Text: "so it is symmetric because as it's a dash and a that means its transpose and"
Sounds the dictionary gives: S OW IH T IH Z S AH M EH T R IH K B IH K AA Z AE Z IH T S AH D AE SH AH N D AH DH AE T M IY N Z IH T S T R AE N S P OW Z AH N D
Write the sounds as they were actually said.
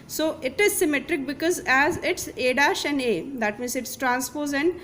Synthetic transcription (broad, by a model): S OW IH T IH Z S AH M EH T R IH K B IH K AA Z AE Z IH T S AH D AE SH AH N D AH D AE T M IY N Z IH T S T R AE N S P OW Z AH N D